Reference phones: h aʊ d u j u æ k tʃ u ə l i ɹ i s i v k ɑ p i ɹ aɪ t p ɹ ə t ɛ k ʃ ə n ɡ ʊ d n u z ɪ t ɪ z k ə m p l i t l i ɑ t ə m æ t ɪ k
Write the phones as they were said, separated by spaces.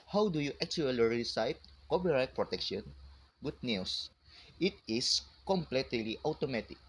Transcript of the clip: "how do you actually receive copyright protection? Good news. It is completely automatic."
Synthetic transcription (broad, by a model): h aʊ d u j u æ k tʃ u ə l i ɹ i s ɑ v k ɑ p i ɹ aɪ t p ɹ ə t ɛ k ʃ ə n ɡ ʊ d n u s ɪ t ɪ s k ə m p l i t l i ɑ t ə m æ t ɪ k